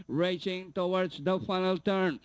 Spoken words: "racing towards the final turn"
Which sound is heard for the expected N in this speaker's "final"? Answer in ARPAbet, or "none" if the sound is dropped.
N